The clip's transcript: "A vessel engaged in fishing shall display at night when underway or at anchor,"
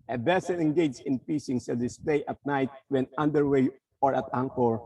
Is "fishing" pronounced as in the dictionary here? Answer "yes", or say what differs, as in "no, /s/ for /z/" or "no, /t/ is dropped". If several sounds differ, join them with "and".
no, /p/ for /f/ and /s/ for /ʃ/